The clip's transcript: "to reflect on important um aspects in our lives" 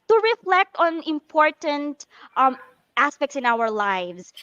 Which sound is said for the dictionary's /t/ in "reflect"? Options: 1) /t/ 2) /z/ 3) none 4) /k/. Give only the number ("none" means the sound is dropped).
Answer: 1